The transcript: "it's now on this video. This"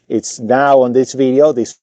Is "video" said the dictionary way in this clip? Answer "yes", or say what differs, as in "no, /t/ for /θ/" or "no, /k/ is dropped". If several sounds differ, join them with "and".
yes